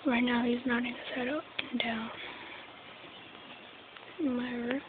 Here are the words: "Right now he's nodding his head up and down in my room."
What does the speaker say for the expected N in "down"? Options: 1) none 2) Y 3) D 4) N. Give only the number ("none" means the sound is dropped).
1